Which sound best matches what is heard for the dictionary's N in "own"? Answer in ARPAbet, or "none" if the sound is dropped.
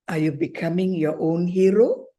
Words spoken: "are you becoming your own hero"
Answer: N